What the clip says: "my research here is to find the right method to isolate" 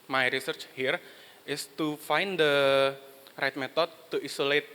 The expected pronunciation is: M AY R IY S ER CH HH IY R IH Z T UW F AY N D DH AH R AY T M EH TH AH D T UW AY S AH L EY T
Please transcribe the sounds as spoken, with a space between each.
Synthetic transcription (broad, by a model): M AY R IY S ER CH HH IY R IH S T UW F AY N D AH R AY T M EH T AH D T UW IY S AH L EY T